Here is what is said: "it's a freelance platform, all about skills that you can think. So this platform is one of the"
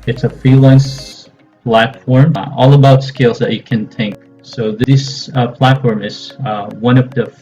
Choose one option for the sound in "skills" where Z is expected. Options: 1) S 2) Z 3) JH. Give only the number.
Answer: 2